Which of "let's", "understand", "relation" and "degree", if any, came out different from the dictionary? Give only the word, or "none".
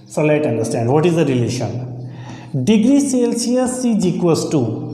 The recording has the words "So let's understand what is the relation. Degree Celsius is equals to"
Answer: let's